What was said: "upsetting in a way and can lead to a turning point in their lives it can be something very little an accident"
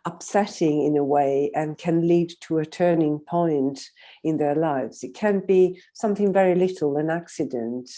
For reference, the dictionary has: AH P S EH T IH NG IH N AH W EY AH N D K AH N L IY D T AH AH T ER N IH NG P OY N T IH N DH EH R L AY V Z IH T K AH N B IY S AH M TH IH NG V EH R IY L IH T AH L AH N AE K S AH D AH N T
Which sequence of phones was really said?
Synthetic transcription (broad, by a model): AH P S EH T IH NG IH N AH W EY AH N K AH N L IY D T AH AH T ER N IH NG P OY N T IH N DH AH R L AY V Z IH T K AH N B IY S AH M TH IH NG V EH R IY L IH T L AH N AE K S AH D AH N T